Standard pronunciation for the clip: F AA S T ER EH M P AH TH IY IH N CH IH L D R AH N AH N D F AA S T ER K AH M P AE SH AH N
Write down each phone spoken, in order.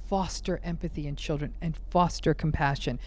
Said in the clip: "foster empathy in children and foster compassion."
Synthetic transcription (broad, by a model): F AA S T ER EH M P AH TH IY IH N CH IH L D R AH N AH N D F AA S T ER K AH M P AE SH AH N